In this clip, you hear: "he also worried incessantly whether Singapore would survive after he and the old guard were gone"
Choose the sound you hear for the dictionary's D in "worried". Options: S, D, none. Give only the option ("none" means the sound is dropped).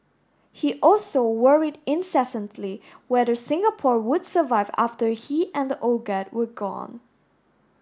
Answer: D